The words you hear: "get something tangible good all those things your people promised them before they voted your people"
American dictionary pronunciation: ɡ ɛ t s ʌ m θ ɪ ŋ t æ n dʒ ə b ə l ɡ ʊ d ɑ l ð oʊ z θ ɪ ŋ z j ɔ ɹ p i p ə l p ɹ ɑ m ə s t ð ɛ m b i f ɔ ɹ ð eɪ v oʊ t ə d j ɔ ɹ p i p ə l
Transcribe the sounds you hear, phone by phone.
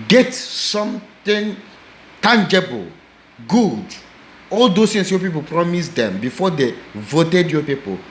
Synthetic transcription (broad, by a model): ɡ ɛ t s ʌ m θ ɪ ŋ t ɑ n dʒ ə b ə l ɡ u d ɑ l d oʊ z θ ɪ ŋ s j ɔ p i p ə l p ɹ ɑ m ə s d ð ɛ m b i f ɔ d eɪ v oʊ t ə d j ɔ p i p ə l